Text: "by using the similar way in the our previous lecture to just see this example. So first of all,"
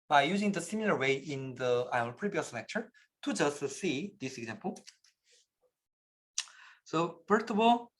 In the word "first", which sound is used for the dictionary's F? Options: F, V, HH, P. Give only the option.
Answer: P